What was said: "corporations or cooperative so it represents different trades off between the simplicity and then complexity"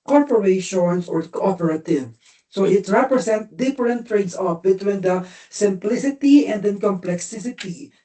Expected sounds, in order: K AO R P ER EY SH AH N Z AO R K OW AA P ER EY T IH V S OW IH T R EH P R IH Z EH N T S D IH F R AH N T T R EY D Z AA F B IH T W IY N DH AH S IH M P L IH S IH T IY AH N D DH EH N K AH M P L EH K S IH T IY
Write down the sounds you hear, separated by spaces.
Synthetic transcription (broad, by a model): K AO R P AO EY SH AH N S AO R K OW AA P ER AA T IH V S OW IH T R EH P R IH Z EH N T D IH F R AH N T T R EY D S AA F B IH T W IY N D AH S IH M P L IH S IH T IY AH N D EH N K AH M P L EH K S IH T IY